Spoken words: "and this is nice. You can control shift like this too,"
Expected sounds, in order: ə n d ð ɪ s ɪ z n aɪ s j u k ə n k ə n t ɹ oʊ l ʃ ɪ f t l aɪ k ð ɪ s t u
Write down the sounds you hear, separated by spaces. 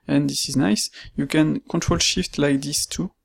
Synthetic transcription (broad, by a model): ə n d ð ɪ s ɪ z n aɪ s j u k ə n k ə n t ɹ oʊ l ʃ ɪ f t l aɪ k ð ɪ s t u